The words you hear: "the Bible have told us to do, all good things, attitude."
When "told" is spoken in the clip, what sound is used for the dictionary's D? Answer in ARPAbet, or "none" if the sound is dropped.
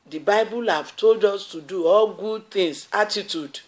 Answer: D